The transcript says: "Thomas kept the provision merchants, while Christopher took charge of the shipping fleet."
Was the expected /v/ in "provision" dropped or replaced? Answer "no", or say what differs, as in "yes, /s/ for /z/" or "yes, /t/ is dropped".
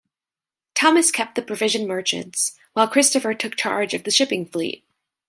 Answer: no